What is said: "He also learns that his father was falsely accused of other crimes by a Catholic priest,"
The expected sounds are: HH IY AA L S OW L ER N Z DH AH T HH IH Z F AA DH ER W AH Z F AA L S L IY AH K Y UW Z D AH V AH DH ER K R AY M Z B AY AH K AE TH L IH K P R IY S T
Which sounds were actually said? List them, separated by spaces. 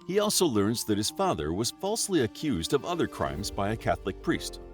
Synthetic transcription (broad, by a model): HH IY AA L S OW L ER N Z DH AH T HH IH Z F AA DH ER W AH Z F AA L S L IY AH K Y UW Z D AH V AH DH ER K R AY M Z B AY AH K AE TH L IH K P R IY S T